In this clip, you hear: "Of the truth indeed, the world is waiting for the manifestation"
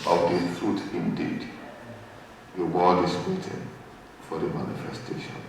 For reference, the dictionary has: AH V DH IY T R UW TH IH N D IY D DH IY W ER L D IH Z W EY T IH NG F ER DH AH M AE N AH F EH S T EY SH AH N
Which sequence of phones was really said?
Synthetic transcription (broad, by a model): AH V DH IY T R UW T IH N D IY D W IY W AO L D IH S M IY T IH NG F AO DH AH M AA N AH F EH S T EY SH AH N